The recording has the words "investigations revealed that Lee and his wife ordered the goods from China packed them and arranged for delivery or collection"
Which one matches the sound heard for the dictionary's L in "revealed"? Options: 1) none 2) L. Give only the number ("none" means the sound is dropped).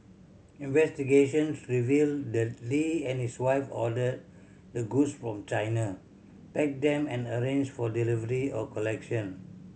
2